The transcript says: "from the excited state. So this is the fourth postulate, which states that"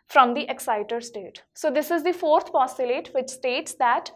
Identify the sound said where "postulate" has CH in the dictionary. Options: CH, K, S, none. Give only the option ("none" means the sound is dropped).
none